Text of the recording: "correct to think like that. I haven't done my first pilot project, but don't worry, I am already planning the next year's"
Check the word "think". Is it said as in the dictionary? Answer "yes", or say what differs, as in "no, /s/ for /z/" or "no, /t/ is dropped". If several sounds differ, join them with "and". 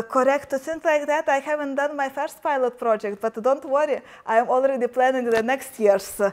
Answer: no, /s/ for /θ/